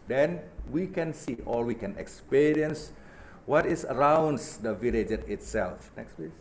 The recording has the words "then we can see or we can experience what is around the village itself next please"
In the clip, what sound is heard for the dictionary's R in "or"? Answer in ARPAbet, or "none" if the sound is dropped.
L